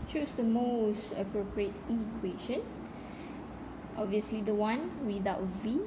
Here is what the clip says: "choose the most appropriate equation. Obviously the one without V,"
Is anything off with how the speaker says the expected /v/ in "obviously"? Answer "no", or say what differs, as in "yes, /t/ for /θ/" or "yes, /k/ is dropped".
no